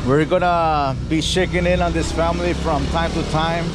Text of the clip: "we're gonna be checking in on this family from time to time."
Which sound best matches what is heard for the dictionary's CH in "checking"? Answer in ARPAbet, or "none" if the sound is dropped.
SH